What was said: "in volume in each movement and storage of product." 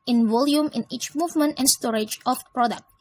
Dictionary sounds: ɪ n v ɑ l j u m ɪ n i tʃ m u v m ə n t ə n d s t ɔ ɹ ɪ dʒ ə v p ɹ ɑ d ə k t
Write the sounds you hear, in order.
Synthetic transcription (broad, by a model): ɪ n v ɑ l j u m ɪ n i tʃ m u v m ə n t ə n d s t ɔ ɹ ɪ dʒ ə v p ɹ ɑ d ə k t